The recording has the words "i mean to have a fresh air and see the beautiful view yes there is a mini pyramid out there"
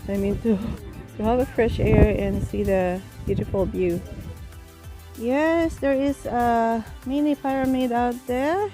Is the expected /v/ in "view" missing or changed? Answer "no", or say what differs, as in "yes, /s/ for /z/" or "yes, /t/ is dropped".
yes, /b/ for /v/